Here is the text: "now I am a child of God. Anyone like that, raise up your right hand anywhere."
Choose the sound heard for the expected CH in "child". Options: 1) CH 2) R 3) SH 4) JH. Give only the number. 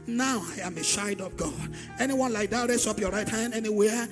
3